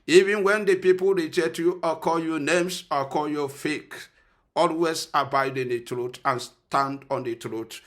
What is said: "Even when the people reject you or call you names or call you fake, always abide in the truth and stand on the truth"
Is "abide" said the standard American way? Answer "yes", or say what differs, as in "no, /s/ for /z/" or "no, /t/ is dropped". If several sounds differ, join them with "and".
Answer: yes